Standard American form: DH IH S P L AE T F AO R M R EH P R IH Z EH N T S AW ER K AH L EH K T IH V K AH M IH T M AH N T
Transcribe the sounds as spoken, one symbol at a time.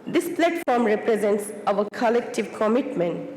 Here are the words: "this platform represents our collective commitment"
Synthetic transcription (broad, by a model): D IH S P L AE T F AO R M R EH P R IH Z EH N T S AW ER K AH L EH K T IH V K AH M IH T M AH N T